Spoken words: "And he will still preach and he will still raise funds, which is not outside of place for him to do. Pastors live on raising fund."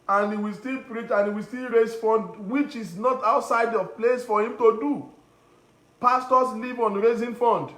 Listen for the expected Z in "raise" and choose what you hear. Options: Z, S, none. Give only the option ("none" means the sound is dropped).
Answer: S